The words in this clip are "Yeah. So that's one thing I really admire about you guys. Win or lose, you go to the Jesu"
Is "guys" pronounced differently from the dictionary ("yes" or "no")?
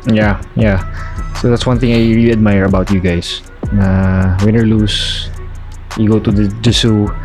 yes